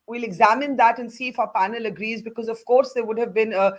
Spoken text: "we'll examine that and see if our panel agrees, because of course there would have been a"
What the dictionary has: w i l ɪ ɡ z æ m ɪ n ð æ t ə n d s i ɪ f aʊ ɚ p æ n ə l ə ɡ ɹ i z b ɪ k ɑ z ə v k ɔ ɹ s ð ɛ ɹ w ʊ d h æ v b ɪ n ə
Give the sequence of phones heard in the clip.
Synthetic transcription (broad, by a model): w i l ɪ ɡ z æ m ɪ n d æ t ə n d s i ɪ f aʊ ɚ p æ n ə l ə ɡ ɹ i z b ɪ k ɑ z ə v k ɔ ɹ s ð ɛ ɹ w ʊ d h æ v b ɪ n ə